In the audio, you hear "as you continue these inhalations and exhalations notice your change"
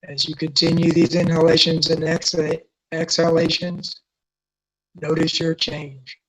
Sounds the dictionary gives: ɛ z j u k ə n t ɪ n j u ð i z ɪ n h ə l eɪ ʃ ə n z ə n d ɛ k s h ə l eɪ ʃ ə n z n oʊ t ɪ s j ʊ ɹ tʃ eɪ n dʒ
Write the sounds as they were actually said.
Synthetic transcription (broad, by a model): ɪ z j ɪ k ə n t ɪ n j u ð i z ɪ n h ə l eɪ ʃ ə n z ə n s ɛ k s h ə l eɪ ʃ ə n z n oʊ t ɪ s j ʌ ɹ tʃ eɪ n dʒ